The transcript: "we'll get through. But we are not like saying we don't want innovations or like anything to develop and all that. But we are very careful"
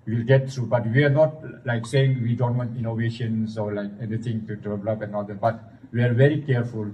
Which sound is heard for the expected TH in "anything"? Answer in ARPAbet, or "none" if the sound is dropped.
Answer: T